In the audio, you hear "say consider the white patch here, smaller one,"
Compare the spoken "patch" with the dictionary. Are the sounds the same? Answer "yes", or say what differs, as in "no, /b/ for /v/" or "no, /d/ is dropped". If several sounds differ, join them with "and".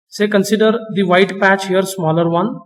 yes